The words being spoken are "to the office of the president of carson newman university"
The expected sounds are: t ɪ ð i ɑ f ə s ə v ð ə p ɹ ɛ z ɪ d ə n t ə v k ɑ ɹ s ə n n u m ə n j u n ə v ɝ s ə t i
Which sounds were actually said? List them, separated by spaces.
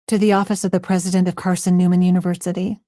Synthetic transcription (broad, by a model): t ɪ ð i ɑ f ə s ə v ð ə p ɹ ɛ z ɪ d ə n t ə v k ɑ ɹ s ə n n u m ə n j u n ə v ɝ s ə t i